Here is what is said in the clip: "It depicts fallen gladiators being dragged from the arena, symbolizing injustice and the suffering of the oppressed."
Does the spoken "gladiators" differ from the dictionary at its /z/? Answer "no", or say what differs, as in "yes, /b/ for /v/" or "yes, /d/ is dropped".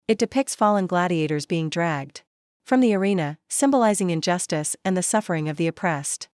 no